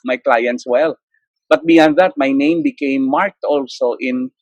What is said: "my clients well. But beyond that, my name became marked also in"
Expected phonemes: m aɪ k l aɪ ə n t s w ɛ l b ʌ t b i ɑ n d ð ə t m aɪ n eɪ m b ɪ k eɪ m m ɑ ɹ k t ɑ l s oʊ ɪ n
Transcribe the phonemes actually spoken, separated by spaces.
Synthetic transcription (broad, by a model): m aɪ k l aɪ ə n t s w ɛ l b ʌ t b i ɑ n d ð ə t m aɪ n eɪ m b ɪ k eɪ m m ɑ ɹ k t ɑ l s oʊ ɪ n